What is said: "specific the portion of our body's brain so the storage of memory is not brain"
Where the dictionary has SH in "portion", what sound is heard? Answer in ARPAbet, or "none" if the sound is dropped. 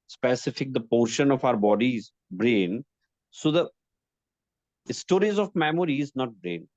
SH